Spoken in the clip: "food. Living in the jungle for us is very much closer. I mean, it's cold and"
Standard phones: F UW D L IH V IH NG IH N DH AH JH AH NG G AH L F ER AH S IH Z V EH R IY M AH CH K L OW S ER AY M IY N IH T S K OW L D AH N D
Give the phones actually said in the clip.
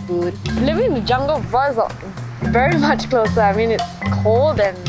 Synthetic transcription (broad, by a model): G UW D L IH V IH NG IH N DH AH JH AH NG G AH L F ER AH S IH V EH R IY M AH CH K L OW S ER AY M IY N IH T S K OW L D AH N